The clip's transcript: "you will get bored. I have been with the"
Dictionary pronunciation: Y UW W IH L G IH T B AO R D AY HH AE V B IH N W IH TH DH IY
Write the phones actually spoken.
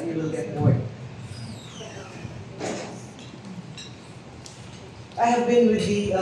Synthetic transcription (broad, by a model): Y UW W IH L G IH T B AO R AY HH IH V B IH N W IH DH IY